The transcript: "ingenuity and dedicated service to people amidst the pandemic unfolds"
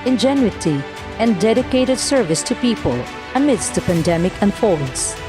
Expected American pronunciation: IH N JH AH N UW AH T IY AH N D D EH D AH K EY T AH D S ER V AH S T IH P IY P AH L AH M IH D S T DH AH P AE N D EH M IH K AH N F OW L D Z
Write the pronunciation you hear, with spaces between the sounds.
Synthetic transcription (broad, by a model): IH N JH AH N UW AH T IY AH N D D EH D AH K EY T AH D S ER V AH S T IH P IY P AH L AH M IH D S T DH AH P AE N D EH M IH K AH N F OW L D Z